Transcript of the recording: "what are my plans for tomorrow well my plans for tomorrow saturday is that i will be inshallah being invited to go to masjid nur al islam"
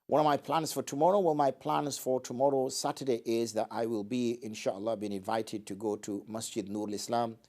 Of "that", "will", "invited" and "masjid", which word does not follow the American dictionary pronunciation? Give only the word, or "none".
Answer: none